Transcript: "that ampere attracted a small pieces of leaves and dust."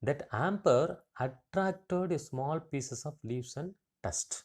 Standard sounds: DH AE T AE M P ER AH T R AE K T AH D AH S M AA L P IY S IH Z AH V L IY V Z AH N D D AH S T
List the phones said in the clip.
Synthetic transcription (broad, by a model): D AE T AE M P ER AH T R AE K T AH D S M AA L P IY S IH S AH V L IY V S AH N D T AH S T